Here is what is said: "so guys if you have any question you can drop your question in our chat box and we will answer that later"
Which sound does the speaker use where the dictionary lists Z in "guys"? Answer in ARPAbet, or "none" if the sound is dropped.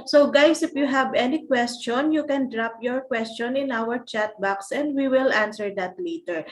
S